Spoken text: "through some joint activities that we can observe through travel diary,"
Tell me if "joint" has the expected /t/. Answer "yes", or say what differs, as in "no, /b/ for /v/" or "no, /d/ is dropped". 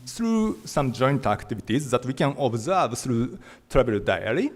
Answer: yes